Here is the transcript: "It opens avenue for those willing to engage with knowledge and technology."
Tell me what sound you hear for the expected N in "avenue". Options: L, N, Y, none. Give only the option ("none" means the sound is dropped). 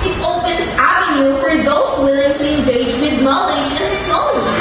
none